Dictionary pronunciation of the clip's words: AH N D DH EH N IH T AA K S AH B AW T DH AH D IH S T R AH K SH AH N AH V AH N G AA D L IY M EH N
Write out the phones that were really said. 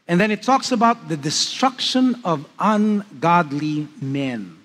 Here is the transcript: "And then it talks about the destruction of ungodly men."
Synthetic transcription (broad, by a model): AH N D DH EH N IH T AA K S AH B AW T DH AH D IH S T R AH K SH AH N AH V AH N G AA D L IY M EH N